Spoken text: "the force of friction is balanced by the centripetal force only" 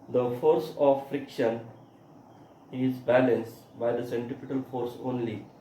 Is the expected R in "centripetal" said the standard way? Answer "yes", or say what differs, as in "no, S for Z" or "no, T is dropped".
no, R is dropped